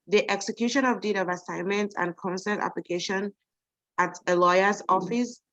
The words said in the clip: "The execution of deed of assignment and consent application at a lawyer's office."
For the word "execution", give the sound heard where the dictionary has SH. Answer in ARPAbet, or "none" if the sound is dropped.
SH